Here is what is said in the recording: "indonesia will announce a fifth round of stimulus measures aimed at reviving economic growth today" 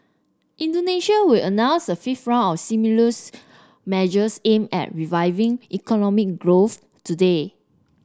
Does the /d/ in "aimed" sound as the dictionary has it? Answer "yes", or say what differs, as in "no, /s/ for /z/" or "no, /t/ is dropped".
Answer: no, /d/ is dropped